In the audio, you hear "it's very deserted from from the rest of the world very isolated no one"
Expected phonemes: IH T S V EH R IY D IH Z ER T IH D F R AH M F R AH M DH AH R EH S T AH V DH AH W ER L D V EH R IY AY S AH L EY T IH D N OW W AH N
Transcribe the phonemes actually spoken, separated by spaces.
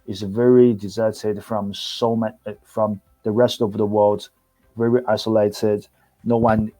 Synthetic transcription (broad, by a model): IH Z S V EH R IY D IH Z ER T IH D F R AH M F R AH M DH AH R EH S T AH V DH AH W ER L D V EH R IY AY S AH L EY T IH D N OW W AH N